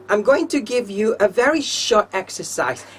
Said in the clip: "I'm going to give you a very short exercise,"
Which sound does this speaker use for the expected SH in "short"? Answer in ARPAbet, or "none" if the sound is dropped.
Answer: SH